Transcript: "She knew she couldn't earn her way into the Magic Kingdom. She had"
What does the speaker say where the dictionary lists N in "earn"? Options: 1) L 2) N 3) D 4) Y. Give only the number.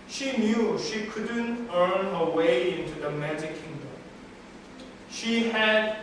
2